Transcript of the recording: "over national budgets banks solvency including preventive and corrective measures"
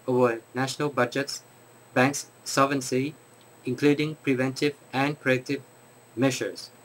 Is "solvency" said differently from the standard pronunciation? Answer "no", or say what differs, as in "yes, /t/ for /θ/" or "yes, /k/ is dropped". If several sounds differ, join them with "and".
yes, /l/ is dropped